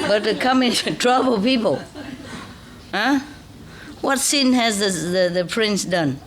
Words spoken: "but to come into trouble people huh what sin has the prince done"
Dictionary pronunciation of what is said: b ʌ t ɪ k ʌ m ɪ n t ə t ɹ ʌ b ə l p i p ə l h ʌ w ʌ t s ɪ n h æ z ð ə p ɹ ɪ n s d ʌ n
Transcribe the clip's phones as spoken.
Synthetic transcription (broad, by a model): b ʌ t ɪ k ʌ m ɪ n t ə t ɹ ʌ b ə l p i p ə l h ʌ w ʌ t s ɪ n h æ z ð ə p ɹ ɪ n s d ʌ n